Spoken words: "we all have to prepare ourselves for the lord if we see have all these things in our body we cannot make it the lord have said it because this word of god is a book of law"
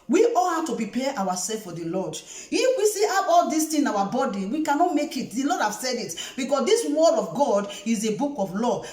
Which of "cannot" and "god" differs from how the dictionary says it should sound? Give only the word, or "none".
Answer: none